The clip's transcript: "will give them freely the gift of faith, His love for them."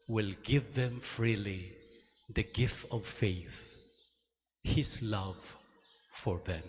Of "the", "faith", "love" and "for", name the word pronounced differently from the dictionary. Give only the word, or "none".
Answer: none